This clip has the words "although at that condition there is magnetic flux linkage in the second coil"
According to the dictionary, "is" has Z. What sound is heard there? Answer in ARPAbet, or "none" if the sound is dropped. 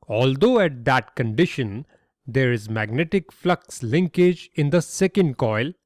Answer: Z